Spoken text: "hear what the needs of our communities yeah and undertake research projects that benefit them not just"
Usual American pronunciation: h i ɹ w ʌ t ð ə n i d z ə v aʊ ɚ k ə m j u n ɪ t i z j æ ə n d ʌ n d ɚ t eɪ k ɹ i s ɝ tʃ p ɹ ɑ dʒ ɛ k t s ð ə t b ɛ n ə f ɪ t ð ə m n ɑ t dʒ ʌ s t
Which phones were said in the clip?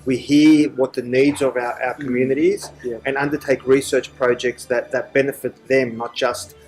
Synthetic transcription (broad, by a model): h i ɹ w ʌ t ð ə n i d z ə v aʊ ɚ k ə m j u n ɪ t i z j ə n ʌ n d ɚ t eɪ k ɹ i s ɝ tʃ p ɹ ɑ dʒ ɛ k t s ð ə t b ɛ n ə f ɪ t ð ə m n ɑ t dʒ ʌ s t